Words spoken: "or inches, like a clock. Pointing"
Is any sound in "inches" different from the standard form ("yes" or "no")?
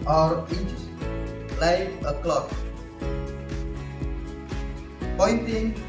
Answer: yes